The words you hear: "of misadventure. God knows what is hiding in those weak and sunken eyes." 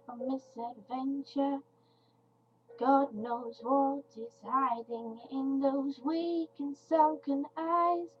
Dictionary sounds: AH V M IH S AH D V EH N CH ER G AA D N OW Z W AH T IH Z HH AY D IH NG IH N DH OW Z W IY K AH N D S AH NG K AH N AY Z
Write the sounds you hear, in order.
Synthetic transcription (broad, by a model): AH M IH S AH D V EH N CH ER G AA D N OW Z W AH T IH Z HH AY D IH NG IH N DH OW Z W IY K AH N S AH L K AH N AY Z